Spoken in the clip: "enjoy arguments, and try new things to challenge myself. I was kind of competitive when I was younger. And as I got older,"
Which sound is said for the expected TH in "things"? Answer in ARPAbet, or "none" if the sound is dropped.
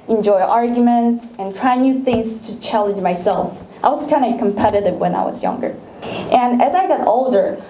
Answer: TH